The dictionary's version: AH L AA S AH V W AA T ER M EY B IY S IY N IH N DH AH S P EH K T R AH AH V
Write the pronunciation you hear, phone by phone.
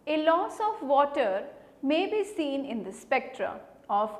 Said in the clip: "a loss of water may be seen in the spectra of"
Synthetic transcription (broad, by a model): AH L AA S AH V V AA T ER M EY B IY S IY N IH N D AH S P EH K T R AH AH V